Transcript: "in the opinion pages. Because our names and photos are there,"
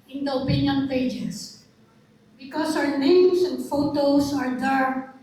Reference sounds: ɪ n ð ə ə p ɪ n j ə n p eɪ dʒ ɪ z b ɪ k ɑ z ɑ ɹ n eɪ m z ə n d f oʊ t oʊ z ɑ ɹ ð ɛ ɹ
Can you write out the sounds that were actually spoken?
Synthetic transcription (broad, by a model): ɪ n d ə ə p ɪ n j ə n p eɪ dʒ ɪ s b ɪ k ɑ s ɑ w n eɪ m s ə n d f oʊ t oʊ s ɑ ɹ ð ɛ ɹ